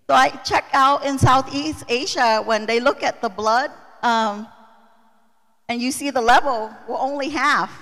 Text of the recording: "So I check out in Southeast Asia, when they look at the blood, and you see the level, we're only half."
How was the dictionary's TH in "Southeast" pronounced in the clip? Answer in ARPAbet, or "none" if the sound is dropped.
TH